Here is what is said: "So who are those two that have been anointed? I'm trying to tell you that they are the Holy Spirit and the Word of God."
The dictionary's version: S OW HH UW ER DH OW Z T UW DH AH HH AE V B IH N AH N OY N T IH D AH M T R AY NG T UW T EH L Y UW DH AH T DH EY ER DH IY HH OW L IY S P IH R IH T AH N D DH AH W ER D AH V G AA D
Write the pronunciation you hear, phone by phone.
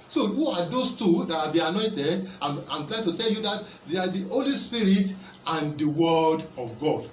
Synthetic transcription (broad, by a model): S OW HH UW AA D OW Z T UW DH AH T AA B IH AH N OY N T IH D AH M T L AY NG T UW T EH L Y UW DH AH T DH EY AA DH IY HH OW L IY S P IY R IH T AH N D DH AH W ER D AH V G AA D